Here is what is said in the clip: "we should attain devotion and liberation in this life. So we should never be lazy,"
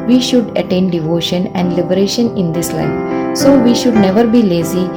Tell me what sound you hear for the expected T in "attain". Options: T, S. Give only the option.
T